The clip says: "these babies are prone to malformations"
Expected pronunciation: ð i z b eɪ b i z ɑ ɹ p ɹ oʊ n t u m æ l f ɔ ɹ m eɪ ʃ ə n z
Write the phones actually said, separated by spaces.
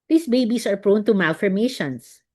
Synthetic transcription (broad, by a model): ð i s b eɪ b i s ɑ ɹ p ɹ oʊ n t u m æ l f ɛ ɹ m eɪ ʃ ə n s